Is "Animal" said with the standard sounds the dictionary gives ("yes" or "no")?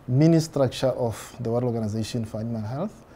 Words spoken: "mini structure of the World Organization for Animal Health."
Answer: no